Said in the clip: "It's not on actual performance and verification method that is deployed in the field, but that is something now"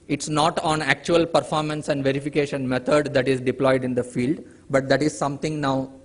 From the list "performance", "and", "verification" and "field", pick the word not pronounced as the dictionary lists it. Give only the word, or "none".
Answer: none